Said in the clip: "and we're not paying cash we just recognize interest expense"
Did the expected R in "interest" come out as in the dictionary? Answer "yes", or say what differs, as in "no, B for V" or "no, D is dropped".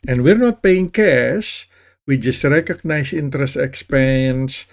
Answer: yes